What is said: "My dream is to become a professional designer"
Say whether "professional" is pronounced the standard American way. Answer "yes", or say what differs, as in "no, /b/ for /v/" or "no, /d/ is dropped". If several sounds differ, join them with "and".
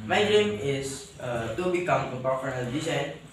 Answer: no, /ʃ/ is dropped